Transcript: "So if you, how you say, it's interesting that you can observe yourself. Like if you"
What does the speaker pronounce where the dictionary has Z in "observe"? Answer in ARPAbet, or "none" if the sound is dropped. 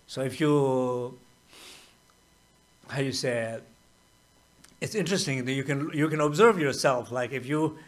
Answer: Z